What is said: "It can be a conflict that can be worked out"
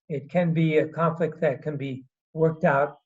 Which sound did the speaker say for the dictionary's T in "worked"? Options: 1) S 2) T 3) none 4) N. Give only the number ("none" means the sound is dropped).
2